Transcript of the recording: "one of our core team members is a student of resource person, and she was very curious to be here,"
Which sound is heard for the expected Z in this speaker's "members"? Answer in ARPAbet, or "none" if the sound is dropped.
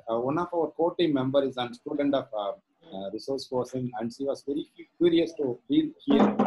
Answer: none